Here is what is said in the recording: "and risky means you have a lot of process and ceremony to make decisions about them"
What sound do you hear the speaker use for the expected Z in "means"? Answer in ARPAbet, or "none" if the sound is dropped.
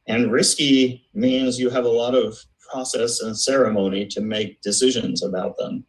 Z